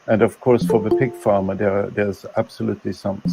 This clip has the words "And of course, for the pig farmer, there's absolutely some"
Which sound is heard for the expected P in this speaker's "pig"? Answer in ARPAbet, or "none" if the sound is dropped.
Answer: P